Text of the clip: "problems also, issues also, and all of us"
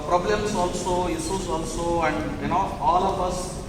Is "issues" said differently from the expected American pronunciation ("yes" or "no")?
yes